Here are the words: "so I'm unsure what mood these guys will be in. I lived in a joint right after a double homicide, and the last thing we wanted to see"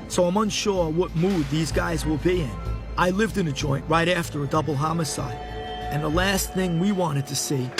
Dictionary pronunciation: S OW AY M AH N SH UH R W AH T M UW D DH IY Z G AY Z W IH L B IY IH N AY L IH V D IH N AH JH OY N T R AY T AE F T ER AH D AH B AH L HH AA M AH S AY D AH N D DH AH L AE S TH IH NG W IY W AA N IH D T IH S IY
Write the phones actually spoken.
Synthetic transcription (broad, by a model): S OW AY M AH N SH UH R W AH T M UW D DH IY Z G AY Z W IH L B IY IH N AY L IH V D IH N AH JH OY N T R AY T AE F T ER AH D AH B L HH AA M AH S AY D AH N DH AH L AE S TH IH NG W IY W AA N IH D T IH S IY